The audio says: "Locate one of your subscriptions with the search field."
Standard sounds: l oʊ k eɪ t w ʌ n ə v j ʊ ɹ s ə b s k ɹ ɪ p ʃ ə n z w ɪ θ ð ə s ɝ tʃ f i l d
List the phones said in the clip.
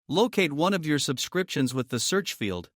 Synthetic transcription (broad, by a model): l oʊ k eɪ t w ʌ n ə v j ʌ ɹ s ə b s k ɹ ɪ p ʃ ə n z w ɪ ð ə s ɝ tʃ f i l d